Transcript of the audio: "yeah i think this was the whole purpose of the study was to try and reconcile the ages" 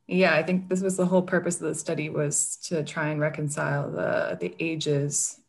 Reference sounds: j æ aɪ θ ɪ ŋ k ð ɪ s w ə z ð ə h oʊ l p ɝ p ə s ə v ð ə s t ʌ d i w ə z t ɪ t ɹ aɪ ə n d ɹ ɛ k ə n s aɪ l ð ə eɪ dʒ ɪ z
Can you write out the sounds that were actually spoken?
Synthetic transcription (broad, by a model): j æ aɪ θ ɪ ŋ k ð ɪ s w ə z ð ə h oʊ l p ɝ p ə s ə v ð ə s t ʌ d i w ə z t ɪ t ɹ aɪ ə n ɹ ɛ k ə n s aɪ l ð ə eɪ dʒ ɪ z